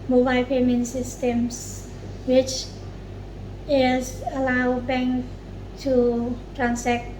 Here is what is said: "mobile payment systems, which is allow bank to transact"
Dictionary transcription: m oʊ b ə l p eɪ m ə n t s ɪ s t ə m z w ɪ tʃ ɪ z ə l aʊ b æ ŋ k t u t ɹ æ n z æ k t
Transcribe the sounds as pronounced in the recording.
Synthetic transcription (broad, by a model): m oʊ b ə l p eɪ m ə n t s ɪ s t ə m s w ɪ tʃ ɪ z ə l aʊ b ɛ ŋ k t u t ɹ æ n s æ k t